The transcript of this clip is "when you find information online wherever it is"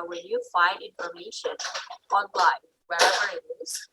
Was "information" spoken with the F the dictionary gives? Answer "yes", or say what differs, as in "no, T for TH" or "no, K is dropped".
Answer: yes